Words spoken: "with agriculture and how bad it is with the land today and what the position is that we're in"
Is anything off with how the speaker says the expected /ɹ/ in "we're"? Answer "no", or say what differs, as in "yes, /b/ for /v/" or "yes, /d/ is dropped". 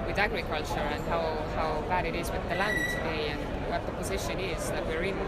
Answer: no